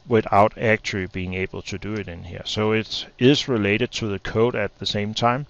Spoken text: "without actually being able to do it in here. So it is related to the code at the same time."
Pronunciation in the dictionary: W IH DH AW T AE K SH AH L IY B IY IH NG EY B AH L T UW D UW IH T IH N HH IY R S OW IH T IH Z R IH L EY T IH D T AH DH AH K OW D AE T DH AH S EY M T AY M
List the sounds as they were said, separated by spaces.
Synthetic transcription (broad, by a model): W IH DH AW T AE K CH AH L IY B IY IH NG EY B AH L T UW D UW IH T IH N HH IY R S OW IH T IH Z R IH L EY T IH D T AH DH AH K OW D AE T DH AH S EY M T AY M